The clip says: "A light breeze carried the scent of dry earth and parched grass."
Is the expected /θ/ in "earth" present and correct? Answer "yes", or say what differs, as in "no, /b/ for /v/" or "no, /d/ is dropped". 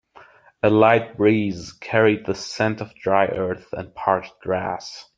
yes